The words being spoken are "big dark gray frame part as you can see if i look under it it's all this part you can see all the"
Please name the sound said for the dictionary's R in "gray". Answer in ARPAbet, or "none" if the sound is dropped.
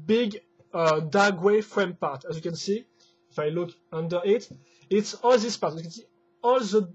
W